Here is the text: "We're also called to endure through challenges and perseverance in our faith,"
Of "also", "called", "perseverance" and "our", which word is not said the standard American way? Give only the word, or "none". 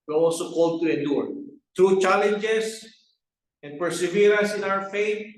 perseverance